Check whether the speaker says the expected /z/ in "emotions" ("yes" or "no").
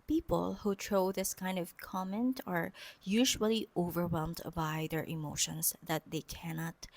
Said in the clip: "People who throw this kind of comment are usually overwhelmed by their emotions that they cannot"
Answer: no